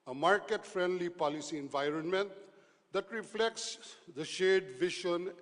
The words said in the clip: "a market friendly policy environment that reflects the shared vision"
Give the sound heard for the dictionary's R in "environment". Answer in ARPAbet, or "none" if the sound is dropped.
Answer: R